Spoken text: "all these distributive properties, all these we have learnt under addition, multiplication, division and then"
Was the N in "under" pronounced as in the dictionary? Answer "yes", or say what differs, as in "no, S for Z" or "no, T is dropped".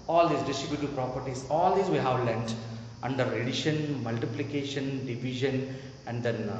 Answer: yes